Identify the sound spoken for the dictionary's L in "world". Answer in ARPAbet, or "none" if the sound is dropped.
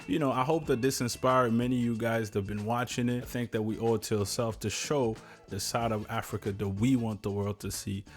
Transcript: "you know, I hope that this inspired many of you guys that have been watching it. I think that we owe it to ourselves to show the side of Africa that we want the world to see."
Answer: L